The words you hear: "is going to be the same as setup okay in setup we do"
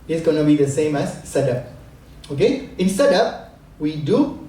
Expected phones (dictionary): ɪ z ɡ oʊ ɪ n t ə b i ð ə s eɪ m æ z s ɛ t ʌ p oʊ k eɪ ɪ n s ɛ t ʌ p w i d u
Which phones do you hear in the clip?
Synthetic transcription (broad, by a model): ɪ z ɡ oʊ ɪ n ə b i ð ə s eɪ m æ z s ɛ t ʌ p oʊ k eɪ ɪ n s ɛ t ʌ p w i d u